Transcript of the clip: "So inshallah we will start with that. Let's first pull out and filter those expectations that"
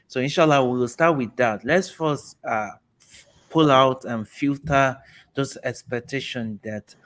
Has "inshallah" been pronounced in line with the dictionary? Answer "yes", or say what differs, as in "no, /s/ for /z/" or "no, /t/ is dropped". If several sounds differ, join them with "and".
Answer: yes